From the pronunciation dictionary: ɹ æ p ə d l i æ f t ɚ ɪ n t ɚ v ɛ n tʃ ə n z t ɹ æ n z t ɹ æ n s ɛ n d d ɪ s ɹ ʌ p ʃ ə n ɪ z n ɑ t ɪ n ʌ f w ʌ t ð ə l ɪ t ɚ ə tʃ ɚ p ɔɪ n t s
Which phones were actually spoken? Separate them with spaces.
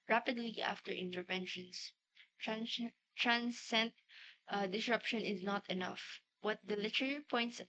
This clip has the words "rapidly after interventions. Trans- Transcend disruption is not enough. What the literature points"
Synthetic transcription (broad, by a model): ɹ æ p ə d l i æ f t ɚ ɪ n t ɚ v ɛ n ʃ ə n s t ɹ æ n s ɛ n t d ɪ s ɹ ʌ p ʃ ə n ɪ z n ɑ t ɪ n ʌ f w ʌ t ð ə l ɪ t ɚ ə i p ɔɪ n t s